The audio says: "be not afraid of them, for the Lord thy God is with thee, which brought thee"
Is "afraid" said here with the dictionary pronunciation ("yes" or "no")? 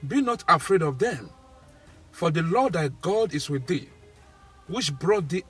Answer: yes